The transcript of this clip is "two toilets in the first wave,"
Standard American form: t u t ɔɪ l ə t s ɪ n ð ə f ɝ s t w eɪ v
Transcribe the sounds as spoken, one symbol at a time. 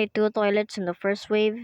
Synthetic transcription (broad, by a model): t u t ɔɪ l ə t s ɪ n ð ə f ɝ s t w eɪ v